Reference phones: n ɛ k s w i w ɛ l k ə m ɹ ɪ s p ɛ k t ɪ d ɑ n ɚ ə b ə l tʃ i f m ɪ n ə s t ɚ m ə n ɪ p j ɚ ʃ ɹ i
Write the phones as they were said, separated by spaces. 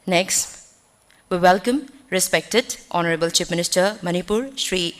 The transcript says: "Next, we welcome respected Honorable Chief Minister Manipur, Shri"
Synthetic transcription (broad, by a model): n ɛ k s w i w ɛ l k ə m ɹ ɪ s p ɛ k t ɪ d ɑ n ɚ ə b ə l tʃ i p m ɪ n ə s t ɚ m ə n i p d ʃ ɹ i